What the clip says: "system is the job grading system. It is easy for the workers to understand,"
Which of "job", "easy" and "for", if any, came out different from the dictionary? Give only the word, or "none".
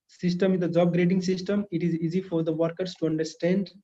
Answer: none